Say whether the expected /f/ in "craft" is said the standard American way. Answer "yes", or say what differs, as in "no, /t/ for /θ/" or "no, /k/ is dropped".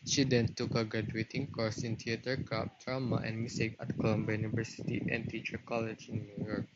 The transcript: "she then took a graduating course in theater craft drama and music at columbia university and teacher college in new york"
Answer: no, /p/ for /f/